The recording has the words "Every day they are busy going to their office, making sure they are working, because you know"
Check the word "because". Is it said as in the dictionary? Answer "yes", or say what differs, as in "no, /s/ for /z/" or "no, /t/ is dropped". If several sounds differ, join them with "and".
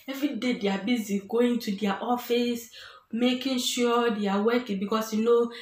no, /s/ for /z/